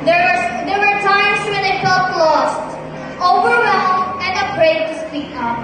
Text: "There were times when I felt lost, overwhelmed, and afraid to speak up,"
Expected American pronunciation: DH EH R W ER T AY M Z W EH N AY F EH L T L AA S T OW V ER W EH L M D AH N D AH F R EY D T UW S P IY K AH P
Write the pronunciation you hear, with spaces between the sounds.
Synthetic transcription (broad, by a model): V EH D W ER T AY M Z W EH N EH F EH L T L AA S T OW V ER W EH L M AH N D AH P R EY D T UW S P IY K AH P